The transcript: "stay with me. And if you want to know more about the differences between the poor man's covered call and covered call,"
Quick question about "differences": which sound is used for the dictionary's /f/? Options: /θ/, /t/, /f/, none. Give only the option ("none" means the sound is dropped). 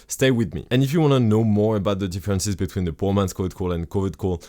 /f/